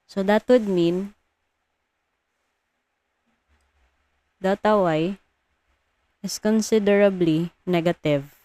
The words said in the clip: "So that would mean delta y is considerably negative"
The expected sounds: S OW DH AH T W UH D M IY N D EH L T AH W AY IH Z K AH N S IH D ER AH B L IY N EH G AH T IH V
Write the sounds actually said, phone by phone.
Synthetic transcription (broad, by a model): S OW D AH T W UH D M IY N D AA T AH W AY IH S K AH N S IH D ER AH B L IY N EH G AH T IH V